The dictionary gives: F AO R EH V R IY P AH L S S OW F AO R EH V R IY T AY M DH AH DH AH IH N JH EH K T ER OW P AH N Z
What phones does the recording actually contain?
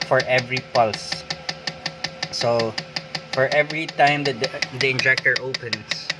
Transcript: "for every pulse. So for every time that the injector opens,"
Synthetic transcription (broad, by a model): F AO R EH V R IY P AH L S S OW F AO R EH V R IY T AY M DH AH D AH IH N JH EH K T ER OW P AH N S